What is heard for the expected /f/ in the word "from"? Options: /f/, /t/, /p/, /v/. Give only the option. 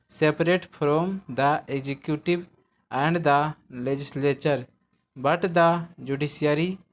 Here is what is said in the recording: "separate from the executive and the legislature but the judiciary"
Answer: /p/